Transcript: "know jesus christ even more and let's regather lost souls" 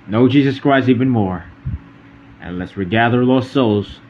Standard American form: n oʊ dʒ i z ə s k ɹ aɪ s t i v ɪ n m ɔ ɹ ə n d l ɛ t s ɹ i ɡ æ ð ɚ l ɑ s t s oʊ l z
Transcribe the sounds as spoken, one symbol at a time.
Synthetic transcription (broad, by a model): n oʊ dʒ i z ə s k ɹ aɪ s i v ɪ n m ɔ ɹ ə n l ɛ t s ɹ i ɡ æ ð ɚ l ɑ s s oʊ l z